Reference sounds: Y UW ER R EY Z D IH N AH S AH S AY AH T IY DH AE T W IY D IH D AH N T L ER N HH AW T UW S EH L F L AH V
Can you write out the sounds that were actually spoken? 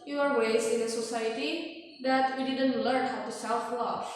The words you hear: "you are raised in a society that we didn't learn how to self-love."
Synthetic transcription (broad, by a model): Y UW ER W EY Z IH N AH S AH S AY AH T IY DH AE T W IY D IH D AH N T L ER N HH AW T UW S EH L F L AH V